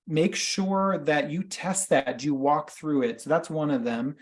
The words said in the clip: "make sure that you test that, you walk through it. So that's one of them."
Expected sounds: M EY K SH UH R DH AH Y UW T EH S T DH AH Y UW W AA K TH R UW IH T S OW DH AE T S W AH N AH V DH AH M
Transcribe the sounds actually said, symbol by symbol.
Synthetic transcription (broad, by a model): M EY K SH UH R DH AH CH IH T EH S T DH AH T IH W AA K TH R UW IH T S OW DH AE T S W AH N AH V DH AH M